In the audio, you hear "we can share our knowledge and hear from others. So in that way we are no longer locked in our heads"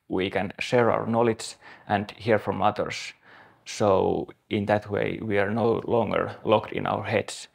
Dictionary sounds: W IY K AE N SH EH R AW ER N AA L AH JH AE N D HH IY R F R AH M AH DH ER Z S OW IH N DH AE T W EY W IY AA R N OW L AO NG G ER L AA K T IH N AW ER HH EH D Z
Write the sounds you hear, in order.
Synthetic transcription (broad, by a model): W IY K AE N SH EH R AW ER N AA L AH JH AE N D HH IY R F R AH M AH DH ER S S OW IH N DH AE T W EY W IY AA R N OW L AO NG G ER L AA K T IH N AW ER HH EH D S